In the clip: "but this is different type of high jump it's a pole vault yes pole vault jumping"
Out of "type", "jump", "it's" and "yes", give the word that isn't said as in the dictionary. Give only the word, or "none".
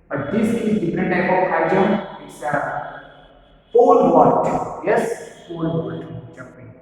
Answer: jump